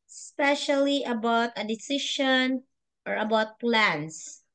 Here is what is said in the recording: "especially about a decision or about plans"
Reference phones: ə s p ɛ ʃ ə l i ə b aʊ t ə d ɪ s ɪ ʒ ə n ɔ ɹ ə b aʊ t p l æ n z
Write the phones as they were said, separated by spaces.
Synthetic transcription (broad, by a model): s p ɛ ʃ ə l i ə b aʊ t ə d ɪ s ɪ ʃ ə n ɔ ɹ ə b aʊ t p l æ n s